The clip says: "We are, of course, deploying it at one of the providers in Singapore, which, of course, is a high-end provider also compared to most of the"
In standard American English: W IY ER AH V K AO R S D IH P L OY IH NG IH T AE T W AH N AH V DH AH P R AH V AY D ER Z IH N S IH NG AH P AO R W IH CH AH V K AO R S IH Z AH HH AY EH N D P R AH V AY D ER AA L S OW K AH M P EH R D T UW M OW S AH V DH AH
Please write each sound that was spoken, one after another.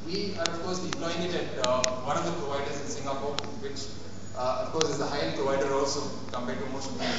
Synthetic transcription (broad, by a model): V IY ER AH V K AO R S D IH L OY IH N IH T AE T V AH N AH V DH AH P R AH V AY D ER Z IH N S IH NG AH P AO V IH CH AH F K AO R S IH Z AH HH AY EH P R AH V AY D ER AA L S OW K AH M P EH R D T UW M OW SH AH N